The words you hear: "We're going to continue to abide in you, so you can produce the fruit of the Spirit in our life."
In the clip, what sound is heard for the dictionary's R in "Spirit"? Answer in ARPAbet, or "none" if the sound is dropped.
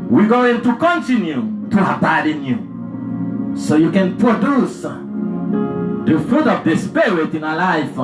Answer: W